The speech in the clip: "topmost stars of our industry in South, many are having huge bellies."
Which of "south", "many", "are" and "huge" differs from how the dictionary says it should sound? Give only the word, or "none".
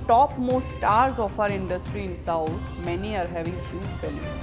south